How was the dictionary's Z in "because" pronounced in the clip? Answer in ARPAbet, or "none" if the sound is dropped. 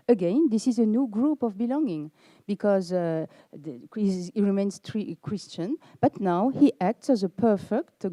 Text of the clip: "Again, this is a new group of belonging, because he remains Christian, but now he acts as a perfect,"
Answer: Z